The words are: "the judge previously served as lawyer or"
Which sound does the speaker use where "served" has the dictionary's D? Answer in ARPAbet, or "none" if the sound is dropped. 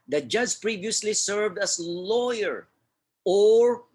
D